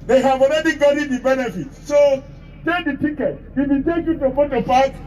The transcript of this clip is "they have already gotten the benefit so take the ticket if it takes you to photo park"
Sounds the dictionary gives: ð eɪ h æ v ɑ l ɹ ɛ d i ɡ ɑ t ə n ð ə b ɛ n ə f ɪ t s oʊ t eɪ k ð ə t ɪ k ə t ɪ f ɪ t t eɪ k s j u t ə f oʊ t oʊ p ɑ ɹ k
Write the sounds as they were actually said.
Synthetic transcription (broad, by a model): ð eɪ h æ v ɑ l ɹ ɛ d i ɡ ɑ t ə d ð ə b ɛ n ə f ɪ t s oʊ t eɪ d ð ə t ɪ k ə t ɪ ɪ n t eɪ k j u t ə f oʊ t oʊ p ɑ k